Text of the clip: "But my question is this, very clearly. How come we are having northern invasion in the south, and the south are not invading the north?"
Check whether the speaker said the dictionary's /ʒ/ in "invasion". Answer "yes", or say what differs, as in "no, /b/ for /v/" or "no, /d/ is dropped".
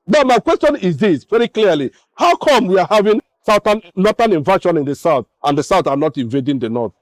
no, /ʃ/ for /ʒ/